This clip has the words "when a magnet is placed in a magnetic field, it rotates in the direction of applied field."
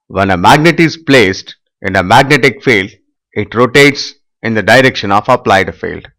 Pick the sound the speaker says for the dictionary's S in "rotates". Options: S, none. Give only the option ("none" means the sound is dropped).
S